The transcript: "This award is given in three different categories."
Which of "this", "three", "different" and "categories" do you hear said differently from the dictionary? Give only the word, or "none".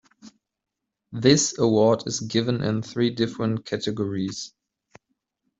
none